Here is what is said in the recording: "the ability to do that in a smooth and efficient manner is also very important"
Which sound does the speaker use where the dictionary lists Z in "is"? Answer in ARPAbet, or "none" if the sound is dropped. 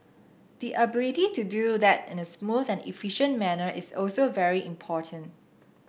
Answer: S